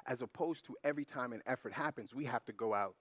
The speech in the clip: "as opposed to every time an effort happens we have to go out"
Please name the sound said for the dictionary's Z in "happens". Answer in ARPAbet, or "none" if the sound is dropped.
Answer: Z